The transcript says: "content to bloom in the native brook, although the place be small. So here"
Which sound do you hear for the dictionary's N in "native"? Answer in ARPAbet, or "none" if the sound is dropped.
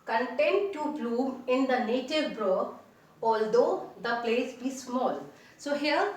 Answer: N